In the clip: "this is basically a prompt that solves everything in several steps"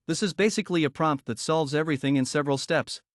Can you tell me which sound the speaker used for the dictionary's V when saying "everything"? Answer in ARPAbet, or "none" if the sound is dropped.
V